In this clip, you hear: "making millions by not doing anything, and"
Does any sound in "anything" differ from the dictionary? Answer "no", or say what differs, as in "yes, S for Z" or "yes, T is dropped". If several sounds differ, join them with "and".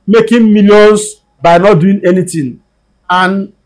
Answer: yes, T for TH